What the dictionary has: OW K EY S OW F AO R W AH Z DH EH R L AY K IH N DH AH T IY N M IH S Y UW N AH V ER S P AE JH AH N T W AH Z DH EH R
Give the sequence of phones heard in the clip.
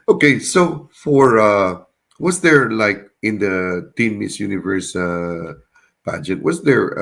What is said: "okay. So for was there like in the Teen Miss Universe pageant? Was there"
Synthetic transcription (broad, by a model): OW K EY S OW F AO R W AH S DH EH R L AY K IH N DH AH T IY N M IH S Y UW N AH V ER S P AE JH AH T W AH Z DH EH R